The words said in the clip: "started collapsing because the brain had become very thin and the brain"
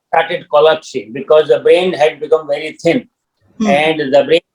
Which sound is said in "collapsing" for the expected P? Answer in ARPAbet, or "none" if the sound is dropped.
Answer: none